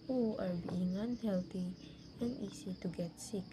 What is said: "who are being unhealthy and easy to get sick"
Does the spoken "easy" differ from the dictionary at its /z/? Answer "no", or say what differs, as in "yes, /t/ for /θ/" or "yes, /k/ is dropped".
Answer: yes, /s/ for /z/